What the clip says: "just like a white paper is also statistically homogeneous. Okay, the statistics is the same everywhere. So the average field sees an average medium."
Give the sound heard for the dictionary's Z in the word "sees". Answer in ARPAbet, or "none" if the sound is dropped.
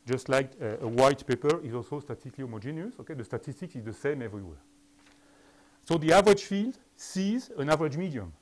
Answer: Z